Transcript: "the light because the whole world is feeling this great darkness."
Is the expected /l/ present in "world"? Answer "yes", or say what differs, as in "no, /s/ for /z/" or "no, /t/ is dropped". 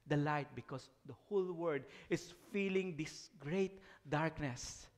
no, /l/ is dropped